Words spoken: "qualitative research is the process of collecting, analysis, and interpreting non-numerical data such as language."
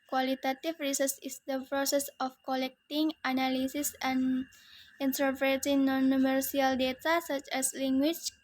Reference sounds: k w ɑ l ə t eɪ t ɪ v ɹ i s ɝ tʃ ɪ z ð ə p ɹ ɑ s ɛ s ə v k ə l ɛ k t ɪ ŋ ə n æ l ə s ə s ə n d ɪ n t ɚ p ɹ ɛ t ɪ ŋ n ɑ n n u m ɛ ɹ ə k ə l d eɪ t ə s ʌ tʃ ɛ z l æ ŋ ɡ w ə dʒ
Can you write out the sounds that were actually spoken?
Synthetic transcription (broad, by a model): k w ɑ l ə t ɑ t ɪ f ɹ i s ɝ s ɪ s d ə p ɹ ɑ s ɛ s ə f k ə l ɛ k t ɪ ŋ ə n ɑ l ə s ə s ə n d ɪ n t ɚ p ɹ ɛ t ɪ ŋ n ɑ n n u m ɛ ɹ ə ə l d eɪ t ə s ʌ tʃ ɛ s l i ŋ ɡ w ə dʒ